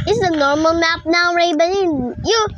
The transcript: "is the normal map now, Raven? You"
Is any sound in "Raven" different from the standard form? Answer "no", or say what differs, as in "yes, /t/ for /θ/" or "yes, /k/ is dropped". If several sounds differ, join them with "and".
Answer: yes, /b/ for /v/